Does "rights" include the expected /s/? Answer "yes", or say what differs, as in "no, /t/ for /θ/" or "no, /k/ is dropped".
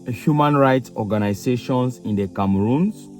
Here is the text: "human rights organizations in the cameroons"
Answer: yes